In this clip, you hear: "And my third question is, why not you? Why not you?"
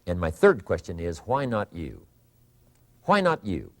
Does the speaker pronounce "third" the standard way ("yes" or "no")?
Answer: yes